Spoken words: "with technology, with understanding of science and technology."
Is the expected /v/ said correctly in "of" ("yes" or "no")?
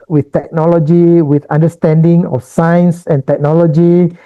no